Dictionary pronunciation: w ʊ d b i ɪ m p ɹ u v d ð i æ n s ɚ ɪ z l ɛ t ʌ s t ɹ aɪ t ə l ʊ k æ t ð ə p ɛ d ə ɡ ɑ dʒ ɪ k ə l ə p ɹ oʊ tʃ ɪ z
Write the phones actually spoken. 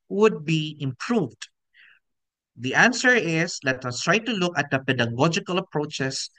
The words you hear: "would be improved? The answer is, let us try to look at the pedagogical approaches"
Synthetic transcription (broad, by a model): w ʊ d b i ɪ m p ɹ u v d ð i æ n s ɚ ɪ s l ɛ t ʌ s t ɹ aɪ t ə l ʊ k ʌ t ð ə p ɛ d ə ɡ ɑ dʒ ɪ k ə l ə p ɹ oʊ tʃ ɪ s